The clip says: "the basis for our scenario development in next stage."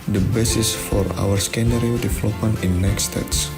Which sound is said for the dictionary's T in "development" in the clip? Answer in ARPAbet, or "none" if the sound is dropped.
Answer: none